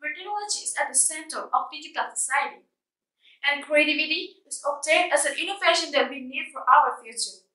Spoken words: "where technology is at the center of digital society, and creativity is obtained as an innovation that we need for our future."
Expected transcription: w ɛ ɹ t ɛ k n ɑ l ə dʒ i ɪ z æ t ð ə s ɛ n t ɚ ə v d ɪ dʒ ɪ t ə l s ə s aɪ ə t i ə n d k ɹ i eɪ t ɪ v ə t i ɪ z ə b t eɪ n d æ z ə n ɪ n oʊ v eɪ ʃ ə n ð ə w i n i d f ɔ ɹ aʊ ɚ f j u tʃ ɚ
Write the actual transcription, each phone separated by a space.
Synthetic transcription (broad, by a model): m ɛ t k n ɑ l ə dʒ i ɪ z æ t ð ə s ɛ n t ɚ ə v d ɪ z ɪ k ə l s ə s aɪ ə t i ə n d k ɹ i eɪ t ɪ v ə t i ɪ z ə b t eɪ n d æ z ə n ɪ n oʊ v eɪ ʃ ə n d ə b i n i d f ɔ ɹ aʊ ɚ f j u tʃ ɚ